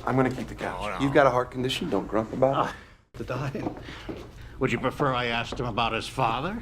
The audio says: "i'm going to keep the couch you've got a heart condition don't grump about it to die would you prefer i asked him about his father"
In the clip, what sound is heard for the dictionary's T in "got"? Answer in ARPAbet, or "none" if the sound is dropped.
T